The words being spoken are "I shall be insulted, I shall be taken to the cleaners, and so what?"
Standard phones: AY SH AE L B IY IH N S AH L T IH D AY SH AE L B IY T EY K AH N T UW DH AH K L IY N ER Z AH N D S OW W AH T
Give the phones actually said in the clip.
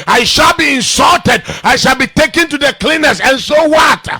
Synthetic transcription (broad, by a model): AY SH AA L B IY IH N S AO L T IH D AY SH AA L B IY T EY K AH N T UW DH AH K L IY N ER S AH N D S OW W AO T